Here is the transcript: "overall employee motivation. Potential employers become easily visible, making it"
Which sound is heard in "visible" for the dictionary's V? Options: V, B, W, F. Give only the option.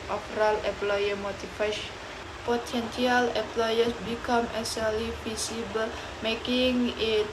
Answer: F